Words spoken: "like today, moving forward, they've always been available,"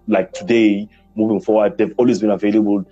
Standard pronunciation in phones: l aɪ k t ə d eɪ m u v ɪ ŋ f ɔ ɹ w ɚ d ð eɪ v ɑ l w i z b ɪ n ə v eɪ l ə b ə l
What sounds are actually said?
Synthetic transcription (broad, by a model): l aɪ k t ə d eɪ m u v ɪ ŋ f ɔ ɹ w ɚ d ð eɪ v ɑ l w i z b ɪ n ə v eɪ l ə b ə l